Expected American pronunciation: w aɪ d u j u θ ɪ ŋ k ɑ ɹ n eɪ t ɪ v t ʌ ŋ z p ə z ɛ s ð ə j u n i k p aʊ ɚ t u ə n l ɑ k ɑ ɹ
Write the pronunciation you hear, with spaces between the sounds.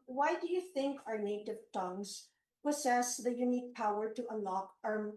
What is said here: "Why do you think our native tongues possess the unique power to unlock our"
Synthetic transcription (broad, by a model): w aɪ d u j u θ ɪ ŋ k ɑ ɹ n eɪ t ɪ v t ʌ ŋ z p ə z ɛ s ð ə j u n i k p aʊ ɚ t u ə n l ɑ k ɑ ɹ